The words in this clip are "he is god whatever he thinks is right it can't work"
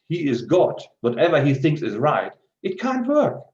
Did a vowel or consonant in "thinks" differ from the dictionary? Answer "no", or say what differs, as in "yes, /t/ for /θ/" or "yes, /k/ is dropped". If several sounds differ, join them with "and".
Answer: no